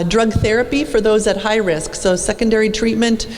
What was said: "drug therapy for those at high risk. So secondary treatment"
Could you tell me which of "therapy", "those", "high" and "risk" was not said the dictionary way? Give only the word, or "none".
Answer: none